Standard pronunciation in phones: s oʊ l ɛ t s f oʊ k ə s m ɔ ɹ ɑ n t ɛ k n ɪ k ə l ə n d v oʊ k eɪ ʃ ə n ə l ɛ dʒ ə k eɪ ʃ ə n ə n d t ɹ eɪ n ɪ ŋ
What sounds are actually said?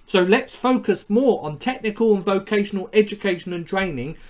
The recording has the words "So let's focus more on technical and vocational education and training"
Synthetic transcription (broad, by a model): s oʊ l ɛ t s f oʊ k ə s m ɔ ɹ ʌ n t ɛ k n ɪ k ə l ə n v oʊ k eɪ ʃ ə n ə l ɛ dʒ ə k eɪ ʃ ə n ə n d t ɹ eɪ n ɪ ŋ